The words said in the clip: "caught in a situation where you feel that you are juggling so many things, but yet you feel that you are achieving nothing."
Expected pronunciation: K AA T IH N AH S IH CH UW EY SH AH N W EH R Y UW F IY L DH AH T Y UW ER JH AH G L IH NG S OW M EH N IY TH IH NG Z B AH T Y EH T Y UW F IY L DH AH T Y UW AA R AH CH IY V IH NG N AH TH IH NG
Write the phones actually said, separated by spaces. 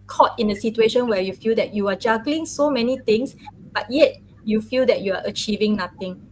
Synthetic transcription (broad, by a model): K AA T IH N AH S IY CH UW EY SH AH N W EH Y UW F IY L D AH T Y UW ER JH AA G L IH NG S OW M EH N IY T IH NG S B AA T Y EH T Y UW F IY L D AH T Y UW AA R AH CH IY V IH NG N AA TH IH NG